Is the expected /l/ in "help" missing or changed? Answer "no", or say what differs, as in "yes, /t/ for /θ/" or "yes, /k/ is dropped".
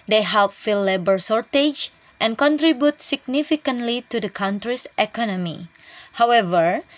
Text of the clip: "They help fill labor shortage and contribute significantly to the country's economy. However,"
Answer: no